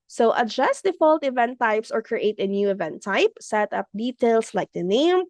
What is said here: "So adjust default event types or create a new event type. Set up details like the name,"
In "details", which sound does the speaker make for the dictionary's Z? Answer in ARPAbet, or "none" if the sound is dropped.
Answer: S